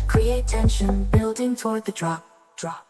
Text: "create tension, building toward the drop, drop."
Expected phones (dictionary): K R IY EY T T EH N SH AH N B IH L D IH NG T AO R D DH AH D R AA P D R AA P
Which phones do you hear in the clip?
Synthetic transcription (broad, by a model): K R IY EY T T EH N SH AH N B IH L D IH NG T AO R D DH AH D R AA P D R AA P